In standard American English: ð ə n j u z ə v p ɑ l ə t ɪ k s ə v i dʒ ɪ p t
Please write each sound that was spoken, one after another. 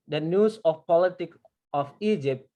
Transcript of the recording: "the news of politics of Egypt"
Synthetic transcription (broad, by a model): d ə n j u s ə f p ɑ l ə t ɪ k ə f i dʒ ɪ p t